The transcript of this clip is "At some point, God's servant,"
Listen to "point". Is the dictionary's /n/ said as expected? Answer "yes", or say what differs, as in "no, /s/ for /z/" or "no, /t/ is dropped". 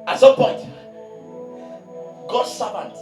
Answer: yes